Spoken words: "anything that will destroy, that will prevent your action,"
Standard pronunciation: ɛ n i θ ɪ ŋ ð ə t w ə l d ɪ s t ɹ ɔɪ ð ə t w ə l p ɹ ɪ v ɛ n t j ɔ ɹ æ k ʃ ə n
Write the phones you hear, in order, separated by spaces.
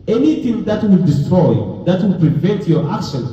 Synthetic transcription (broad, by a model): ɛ n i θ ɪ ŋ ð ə t w ə l d ɪ s t ɹ ɔɪ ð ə t w ə l p ɹ ɪ v ɛ n t j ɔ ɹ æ k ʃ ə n